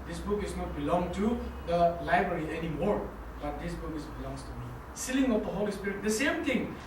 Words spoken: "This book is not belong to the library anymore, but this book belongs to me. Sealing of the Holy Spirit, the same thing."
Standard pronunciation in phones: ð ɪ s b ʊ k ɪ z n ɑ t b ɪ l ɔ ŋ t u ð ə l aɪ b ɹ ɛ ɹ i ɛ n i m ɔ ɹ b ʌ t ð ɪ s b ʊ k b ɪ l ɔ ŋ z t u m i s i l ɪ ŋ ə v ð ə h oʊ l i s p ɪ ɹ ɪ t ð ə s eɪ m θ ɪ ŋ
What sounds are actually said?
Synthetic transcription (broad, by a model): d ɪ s b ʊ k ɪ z n ɑ t b ɪ l ɔ ŋ t u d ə l aɪ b ɹ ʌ ɹ i ɛ n i m ɔ ɹ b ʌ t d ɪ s b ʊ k b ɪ l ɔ ŋ s t u m i s i l ɪ ŋ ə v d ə h oʊ l i s p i ɹ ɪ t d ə s eɪ m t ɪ ŋ